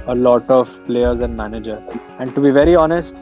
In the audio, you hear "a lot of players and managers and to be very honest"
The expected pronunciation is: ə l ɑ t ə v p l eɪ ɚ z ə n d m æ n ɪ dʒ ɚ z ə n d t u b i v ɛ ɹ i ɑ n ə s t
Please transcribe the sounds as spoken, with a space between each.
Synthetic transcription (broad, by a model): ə l ɑ t ə v p l eɪ ɚ z ə n d m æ n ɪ dʒ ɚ ə n d t u b i v ɛ ɹ i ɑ n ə s t